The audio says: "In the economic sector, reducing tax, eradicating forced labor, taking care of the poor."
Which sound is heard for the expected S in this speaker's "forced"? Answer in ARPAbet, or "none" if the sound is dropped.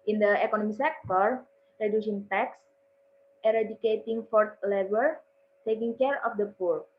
none